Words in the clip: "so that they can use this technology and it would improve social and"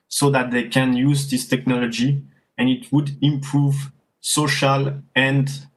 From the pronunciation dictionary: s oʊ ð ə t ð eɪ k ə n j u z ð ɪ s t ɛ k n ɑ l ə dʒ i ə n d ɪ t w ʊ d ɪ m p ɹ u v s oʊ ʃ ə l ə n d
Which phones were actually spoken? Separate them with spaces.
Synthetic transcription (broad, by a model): s oʊ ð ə t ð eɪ k ə n j u z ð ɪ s t ɛ k n ɑ l ə dʒ i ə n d ɪ t w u d ɪ m p ɹ u v s oʊ ʃ ə l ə n d